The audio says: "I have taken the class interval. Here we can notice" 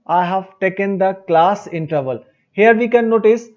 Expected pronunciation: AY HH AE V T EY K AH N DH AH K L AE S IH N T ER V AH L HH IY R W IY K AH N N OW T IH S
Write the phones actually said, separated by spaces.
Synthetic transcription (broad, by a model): AY HH AE V T EY K AH N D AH K L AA S IH N T ER V AH L HH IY R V IY K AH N N OW T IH S